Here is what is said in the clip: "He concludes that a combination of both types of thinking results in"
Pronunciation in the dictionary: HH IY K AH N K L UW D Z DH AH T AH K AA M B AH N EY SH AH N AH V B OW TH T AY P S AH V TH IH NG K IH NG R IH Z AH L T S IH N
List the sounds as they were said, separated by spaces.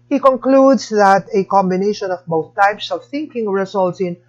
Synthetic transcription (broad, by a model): HH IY K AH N K L UW D S DH AH T AH K AA M B AH N EY SH AH N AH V B OW TH T AY P S AH V TH IH NG K IH NG R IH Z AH L T S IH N